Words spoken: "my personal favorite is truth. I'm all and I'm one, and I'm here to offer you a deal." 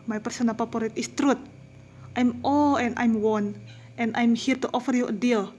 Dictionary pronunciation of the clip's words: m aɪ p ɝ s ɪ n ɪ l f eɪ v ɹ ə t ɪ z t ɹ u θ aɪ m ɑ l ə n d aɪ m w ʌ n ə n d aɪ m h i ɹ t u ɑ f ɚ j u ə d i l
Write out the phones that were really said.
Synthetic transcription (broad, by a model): m aɪ p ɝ s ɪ n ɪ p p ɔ ɹ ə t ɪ s t ɹ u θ aɪ m ɑ l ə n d aɪ m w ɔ n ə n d aɪ m h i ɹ t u ɑ f ɚ j u ə d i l